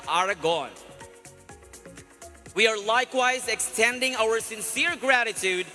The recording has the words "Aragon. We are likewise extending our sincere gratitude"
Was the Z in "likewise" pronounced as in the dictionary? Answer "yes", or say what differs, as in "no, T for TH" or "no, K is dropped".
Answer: yes